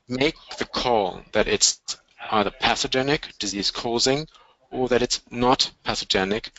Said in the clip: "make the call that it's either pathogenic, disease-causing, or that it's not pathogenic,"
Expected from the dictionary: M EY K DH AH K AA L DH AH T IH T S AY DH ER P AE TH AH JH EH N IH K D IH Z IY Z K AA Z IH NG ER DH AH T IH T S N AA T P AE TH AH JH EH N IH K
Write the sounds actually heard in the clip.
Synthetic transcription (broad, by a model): M EY K DH AH K AA L DH AH T IH T S AY DH ER P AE S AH JH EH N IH K D IH Z IY Z K AA Z IH NG ER DH AH T IH T S N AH T P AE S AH JH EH N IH K